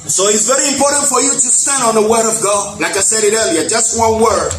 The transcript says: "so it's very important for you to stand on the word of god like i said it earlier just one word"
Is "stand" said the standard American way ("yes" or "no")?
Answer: yes